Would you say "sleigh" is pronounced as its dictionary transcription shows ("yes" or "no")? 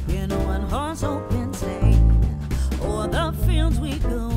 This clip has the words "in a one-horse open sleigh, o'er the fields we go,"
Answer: no